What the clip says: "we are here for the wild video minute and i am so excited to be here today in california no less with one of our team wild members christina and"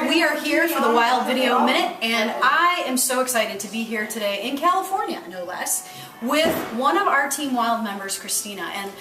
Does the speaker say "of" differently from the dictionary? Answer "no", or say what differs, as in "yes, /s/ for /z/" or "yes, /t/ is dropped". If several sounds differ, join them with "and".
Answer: no